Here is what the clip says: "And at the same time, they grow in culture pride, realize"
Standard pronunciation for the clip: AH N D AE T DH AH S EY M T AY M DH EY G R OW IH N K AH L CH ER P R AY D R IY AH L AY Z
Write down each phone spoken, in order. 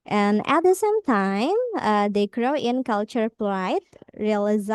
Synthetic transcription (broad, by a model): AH N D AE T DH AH S EY M T AY M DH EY G R OW IH N K AH L CH ER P L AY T R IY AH L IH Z